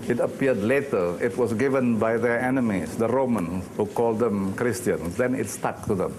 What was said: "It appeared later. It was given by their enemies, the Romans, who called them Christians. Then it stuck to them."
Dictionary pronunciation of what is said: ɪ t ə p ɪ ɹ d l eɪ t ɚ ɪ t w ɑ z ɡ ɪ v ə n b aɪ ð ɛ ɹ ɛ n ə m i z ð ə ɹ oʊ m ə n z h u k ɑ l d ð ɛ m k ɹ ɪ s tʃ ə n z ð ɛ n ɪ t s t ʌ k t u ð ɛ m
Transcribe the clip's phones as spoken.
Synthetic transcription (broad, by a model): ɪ t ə p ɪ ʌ d l eɪ t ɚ ɪ t w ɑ s ɡ ɪ v ə n b aɪ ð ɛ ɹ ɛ n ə m i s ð ə ɹ oʊ m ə n s h u k ɑ l d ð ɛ m k ɹ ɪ s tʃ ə n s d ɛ n ɪ t s t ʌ k t u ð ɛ m